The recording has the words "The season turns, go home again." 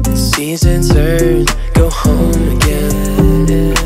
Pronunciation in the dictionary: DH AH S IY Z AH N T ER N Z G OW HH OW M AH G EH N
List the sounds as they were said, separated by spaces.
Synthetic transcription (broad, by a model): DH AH S IY Z AH N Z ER Z G OW HH OW M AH G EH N